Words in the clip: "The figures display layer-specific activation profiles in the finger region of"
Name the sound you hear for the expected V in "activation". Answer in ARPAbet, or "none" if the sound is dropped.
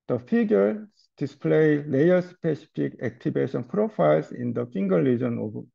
B